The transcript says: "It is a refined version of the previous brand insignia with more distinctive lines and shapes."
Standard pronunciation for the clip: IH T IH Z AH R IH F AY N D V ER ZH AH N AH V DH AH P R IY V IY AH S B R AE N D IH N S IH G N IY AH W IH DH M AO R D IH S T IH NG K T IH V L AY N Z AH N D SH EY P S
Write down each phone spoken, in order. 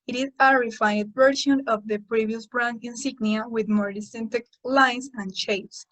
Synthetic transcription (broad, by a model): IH T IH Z AH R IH F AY D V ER SH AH N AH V DH AH P R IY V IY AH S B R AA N IH N S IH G N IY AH W IH DH M AO R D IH S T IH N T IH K L AY N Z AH N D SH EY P S